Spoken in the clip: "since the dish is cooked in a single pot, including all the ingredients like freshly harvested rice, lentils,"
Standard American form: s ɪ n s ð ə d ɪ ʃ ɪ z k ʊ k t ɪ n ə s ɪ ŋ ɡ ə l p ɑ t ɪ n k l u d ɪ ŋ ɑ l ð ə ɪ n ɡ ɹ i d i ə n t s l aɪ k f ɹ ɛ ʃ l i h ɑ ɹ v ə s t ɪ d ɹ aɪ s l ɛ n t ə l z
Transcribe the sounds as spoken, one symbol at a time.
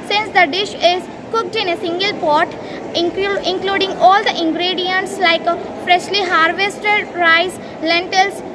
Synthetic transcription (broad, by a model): s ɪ n s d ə d ɪ ʃ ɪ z k ʊ k t ɪ n ə s ɪ ŋ ɡ ə l p ɑ t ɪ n k l u d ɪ ŋ ɑ l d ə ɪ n ɡ ɹ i d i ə n t s l aɪ k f ɹ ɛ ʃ l i h ɑ ɹ v ə s t ɪ d ɹ aɪ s l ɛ n t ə l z